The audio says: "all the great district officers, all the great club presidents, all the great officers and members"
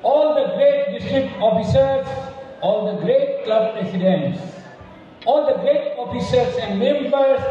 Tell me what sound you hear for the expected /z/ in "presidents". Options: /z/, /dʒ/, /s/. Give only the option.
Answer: /s/